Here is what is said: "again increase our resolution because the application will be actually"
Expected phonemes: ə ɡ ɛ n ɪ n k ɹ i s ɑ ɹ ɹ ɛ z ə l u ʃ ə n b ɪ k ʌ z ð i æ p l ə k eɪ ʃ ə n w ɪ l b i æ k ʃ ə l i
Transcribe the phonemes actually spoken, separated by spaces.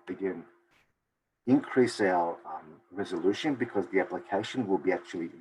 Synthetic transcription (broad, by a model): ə ɡ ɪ n ɪ n k ɹ i s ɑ l ɹ ɛ z ə l u ʃ ə n b ɪ k ʌ z ð i æ p l ə k eɪ ʃ ə n w ɪ l b i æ k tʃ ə l i